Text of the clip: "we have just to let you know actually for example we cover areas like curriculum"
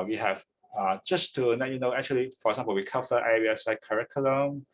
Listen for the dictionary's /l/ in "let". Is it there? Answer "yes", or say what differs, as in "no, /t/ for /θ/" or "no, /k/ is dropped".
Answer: no, /n/ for /l/